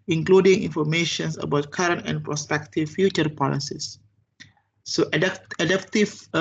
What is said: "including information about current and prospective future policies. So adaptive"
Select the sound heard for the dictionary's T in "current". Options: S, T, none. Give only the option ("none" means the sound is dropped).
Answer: T